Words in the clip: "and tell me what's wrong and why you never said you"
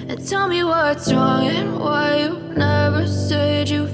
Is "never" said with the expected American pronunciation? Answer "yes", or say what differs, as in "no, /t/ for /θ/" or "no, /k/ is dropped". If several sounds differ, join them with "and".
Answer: yes